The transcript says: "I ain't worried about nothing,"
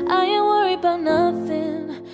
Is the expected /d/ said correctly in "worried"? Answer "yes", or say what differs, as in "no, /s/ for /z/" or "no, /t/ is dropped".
no, /d/ is dropped